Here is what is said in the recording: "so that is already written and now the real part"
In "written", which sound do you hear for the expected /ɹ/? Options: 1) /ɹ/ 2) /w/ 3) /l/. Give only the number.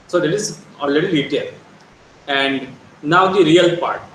3